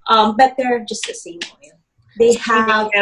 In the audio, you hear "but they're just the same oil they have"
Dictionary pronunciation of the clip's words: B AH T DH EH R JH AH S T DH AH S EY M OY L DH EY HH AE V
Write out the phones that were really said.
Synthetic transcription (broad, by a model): B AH T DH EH R JH AH S T DH AH S EY M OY N DH EY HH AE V